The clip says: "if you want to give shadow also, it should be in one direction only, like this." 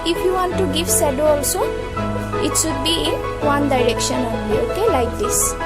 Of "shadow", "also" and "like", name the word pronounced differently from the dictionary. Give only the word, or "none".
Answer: shadow